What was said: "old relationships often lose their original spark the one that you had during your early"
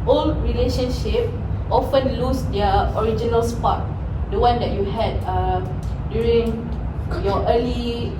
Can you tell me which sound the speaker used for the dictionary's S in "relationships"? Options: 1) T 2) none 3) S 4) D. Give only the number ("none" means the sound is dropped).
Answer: 2